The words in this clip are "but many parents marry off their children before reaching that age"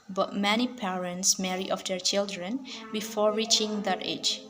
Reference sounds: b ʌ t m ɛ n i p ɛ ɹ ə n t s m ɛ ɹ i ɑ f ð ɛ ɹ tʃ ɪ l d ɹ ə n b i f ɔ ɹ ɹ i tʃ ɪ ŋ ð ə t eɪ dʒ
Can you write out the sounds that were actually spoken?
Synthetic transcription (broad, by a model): b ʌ t m ɛ n i p ɛ ɹ ə n t s m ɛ ɹ i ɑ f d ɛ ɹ tʃ ɪ l d ɹ ə n b i f ɔ ɹ ɹ i tʃ ɪ ŋ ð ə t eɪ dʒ